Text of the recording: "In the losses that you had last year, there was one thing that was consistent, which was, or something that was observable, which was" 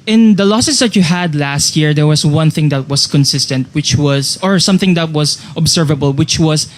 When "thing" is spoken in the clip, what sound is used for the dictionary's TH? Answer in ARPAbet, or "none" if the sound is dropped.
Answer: TH